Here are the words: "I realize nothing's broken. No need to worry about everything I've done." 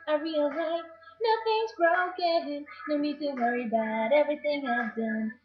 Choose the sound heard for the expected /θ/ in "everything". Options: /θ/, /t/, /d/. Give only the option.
/θ/